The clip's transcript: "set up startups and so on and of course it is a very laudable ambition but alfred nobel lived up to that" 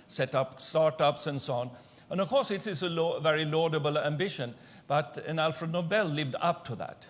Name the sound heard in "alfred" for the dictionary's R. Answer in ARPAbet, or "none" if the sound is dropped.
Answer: R